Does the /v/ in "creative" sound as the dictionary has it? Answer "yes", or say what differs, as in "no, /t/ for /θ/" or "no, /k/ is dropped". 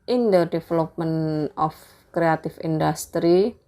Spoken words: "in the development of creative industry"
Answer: no, /f/ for /v/